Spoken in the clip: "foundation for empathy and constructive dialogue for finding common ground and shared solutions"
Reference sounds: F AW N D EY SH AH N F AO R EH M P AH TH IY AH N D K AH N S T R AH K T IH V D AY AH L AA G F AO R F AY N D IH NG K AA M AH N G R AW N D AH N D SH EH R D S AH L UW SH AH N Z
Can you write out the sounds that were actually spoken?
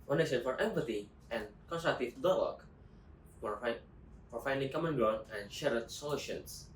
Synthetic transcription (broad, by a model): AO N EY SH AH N F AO R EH M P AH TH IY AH N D K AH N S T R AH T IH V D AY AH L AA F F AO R F AY N D IH NG K AA M AH N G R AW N AH N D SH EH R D S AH L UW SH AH N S